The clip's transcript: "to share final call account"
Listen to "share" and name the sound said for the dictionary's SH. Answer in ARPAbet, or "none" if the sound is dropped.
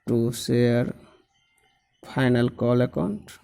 S